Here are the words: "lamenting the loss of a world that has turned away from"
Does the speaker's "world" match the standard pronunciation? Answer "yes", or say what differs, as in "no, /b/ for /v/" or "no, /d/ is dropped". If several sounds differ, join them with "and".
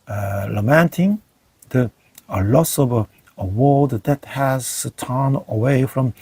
no, /l/ is dropped